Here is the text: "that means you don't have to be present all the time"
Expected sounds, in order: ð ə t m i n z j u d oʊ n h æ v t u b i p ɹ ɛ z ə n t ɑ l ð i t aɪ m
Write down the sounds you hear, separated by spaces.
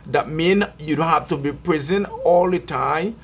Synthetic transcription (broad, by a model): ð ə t m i n j u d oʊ h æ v t u b i p ɹ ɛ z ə n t ɑ l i t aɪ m